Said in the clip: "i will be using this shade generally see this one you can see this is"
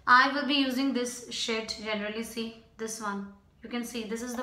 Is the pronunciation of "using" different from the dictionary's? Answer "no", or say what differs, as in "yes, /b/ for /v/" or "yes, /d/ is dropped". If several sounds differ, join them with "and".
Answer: no